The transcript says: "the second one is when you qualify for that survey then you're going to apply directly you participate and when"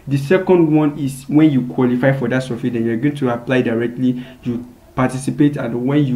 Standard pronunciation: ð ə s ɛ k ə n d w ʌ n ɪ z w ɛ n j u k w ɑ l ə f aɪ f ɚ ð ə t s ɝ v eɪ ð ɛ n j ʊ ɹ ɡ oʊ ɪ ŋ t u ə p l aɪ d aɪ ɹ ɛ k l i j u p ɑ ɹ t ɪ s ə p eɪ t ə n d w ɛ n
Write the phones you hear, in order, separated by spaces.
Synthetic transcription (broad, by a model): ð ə s ɛ k ə n d w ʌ n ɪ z w ɛ n j u k w ɑ l ə f aɪ f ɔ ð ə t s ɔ f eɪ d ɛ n j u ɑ ɡ oʊ ɪ ŋ t u ə p l aɪ d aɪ ɹ ɛ k l i j u p ɑ t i s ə p eɪ t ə n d w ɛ n